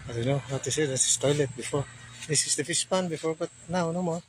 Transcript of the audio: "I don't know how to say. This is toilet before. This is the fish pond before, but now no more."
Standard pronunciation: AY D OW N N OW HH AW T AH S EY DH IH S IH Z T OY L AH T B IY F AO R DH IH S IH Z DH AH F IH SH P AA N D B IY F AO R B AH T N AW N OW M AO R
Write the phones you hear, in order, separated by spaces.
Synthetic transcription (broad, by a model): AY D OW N N OW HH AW T AH S EY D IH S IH S T OY L AH T B IY F AO R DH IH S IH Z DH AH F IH S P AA N B IY F AO R B AH T N AW N OW M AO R